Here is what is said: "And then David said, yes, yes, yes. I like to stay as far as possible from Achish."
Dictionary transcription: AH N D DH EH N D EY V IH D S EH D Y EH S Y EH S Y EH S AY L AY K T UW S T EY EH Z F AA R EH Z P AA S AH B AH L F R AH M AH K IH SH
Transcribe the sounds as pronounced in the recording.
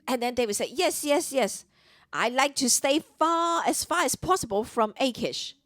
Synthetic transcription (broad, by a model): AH N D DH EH N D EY W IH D S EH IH Y EH S Y EH S Y EH S AY L AY K T UW S T EY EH S F AA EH S P AA S AH B AH L F R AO M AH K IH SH